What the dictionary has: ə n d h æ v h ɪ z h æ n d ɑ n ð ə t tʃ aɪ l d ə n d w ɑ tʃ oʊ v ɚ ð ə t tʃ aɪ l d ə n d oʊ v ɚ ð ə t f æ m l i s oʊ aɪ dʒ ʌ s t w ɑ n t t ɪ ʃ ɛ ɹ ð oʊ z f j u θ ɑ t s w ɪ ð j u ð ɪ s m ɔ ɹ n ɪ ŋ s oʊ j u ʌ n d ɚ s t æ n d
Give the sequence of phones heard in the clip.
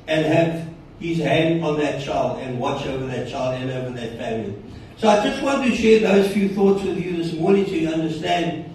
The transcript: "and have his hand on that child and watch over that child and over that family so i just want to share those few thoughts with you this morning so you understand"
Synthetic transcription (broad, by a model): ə n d h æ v h ɪ z h æ n d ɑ n ð ə t tʃ aɪ l d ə n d w ɑ tʃ oʊ v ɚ ð ə t tʃ aɪ l d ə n oʊ v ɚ ð ə t f æ m l i s oʊ aɪ dʒ ʌ s t w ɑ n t t ɪ ʃ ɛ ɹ ð oʊ z f j u θ ɑ t s w ɪ ð j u ð ɪ s m ɔ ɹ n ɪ ŋ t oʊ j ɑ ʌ n d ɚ s t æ n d